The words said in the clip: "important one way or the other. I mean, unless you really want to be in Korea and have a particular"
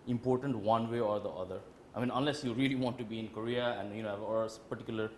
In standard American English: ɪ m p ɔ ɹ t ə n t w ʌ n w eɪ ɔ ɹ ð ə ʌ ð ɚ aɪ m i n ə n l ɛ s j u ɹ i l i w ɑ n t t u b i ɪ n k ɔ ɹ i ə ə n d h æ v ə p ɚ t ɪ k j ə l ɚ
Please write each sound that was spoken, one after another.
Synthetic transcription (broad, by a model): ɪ m p ɔ ɹ t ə n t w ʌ n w eɪ ɔ ɹ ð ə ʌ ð ɚ aɪ m i n ə n l ɛ s j u ɹ i l i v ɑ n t t u b i ɪ n k ɔ ɹ i ə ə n d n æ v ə p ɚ t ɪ k j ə l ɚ